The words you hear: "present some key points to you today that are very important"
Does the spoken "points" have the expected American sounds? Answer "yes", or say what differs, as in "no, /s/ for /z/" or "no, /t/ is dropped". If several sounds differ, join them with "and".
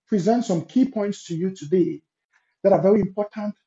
yes